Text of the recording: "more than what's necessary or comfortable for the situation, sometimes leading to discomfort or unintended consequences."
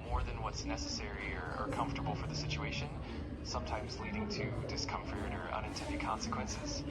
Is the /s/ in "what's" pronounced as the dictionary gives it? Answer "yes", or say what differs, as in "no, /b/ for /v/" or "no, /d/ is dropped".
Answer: yes